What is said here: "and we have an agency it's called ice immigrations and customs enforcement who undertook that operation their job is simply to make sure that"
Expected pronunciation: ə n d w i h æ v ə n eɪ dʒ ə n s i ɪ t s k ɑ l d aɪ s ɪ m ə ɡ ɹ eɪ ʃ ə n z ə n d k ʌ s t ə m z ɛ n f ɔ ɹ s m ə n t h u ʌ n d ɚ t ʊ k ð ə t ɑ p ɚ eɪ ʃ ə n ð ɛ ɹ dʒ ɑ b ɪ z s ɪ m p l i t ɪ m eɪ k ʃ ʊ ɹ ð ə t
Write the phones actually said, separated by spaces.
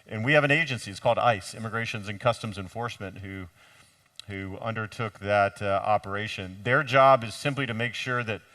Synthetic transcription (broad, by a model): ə n w i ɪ v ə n eɪ dʒ ə n s i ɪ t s k ɑ l d aɪ s ɪ m ə ɡ ɹ eɪ ʃ ə n z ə n k ʌ s t ə m z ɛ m f ɔ ɹ s m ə n t h u ʌ n d ɚ t ʊ k ð ə t ɑ p ɚ eɪ ʃ ə n ð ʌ ɹ dʒ ɑ b ɪ z s ɪ m p l i t ɪ m eɪ k ʃ ʊ ɹ ð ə t